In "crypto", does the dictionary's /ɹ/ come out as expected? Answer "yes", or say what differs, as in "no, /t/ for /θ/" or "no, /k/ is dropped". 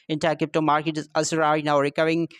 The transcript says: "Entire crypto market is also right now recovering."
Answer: no, /ɹ/ is dropped